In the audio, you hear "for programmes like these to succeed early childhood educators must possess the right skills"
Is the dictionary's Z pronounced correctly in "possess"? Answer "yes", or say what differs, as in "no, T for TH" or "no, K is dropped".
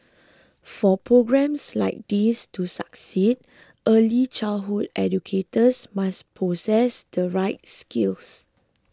no, S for Z